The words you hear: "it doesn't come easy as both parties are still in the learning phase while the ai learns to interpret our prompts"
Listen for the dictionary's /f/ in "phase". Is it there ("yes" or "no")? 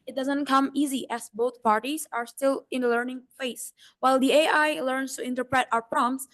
no